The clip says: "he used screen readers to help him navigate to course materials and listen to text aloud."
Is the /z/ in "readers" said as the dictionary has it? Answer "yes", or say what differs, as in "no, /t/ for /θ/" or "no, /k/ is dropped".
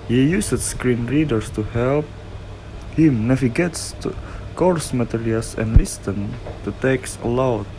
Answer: no, /s/ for /z/